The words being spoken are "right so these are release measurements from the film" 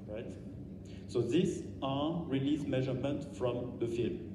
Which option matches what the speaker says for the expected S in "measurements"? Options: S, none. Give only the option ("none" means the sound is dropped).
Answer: none